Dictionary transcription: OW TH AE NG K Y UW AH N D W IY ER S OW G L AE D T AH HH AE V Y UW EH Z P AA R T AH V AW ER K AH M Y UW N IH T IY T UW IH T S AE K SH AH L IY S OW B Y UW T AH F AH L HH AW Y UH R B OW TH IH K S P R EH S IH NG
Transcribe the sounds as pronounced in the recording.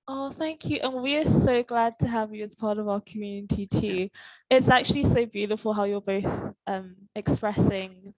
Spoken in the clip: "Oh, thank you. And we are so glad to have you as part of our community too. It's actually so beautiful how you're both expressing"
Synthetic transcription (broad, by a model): OW TH AE NG K Y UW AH N W IY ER S OW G L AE D T AH HH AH V Y UW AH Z P AA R T AH V AW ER K AH M Y UW N IH T IY T UW IH T S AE K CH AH L IY S OW B Y UW T AH F AH L HH AW Y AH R B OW TH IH K S P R EH S IH NG